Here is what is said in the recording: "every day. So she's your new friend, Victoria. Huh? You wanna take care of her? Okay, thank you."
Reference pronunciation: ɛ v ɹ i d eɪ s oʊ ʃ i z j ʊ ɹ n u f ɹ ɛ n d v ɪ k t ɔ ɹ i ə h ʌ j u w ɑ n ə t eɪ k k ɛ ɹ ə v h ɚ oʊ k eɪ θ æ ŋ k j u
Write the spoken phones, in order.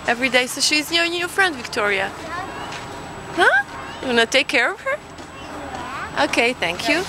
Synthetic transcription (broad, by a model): ɛ v ɹ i d eɪ s oʊ ʃ i z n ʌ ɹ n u f ɹ ɛ n d v ɪ k t ɔ ɹ i ə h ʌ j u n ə t eɪ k k ɛ ɹ ə v h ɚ oʊ k eɪ θ æ ŋ k j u